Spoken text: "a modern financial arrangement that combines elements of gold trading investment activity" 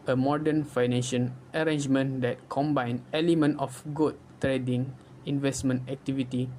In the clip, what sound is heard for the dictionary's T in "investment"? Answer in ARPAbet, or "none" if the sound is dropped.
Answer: T